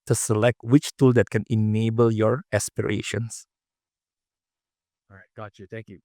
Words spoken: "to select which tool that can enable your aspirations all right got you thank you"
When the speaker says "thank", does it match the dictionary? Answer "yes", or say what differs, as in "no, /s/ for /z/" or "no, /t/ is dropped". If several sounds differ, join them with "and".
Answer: no, /t/ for /θ/